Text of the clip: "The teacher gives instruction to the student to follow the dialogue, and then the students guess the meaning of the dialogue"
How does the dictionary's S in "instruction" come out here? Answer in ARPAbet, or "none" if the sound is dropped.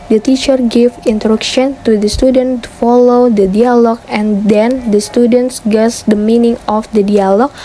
none